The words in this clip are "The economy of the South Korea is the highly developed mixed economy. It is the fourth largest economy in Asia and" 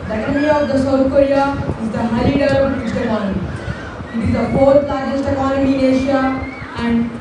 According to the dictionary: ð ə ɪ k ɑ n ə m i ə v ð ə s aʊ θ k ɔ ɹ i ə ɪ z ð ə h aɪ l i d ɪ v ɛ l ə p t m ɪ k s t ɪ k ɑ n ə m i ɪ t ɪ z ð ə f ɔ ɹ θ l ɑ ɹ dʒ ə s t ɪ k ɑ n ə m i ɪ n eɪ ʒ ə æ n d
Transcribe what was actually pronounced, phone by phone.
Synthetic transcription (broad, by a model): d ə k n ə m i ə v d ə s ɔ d k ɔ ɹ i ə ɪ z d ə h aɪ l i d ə t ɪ s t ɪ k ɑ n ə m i ɪ t ɪ z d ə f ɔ ɹ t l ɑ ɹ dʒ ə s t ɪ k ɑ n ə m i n eɪ ʃ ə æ n d